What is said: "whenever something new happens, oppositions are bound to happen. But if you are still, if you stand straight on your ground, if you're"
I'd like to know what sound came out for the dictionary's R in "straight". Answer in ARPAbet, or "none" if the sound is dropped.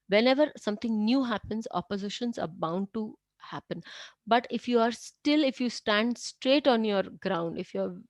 R